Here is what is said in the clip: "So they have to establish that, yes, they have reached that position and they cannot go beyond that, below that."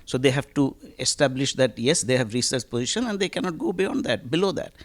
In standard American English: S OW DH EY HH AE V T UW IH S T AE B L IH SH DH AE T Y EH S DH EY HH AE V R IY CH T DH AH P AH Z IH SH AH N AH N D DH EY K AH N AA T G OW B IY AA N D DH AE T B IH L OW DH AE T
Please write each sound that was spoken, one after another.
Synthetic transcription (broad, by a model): S OW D EY HH AE V T UW IH S T AE B L IH SH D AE T Y EH S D EY HH AE V R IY S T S P AH Z IH SH AH N AH N D EY K AH N AA T G OW B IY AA N D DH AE T B IH L OW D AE T